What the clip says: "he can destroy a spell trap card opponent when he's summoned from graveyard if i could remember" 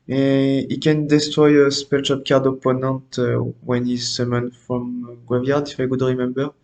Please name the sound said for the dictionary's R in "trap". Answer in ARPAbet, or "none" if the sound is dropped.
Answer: none